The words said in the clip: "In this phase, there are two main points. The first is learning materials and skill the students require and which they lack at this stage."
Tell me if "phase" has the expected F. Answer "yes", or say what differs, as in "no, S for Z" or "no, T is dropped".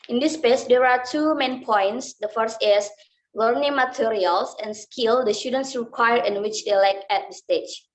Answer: no, P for F